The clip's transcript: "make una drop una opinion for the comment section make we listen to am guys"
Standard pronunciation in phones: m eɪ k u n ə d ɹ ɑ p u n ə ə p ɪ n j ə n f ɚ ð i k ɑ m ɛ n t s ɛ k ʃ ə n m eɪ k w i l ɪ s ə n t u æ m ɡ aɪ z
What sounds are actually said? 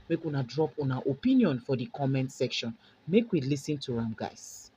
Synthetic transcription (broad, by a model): m eɪ k u n ə d ɹ ɑ p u n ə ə p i n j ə n f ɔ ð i k ɑ m ɛ n t s ɛ k ʃ ə n m eɪ k w i l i s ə n t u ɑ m ɡ aɪ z